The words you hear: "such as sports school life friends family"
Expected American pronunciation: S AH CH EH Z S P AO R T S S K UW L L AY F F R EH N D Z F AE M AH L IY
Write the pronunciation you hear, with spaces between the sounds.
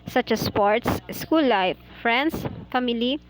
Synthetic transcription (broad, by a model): S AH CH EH S P AO R T S S K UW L L AY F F R EH N D S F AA M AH L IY